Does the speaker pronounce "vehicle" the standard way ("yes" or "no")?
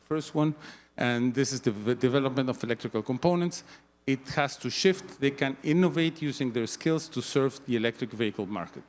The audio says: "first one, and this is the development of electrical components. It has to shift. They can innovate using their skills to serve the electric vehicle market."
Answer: yes